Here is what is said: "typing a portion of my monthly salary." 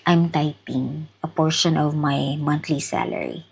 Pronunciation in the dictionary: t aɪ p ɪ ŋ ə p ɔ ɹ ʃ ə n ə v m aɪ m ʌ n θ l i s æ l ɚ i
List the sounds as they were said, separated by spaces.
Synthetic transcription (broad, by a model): t aɪ p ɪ ŋ ə p ɔ ɹ ʃ ə n ə v m aɪ m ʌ n t l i s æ l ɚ i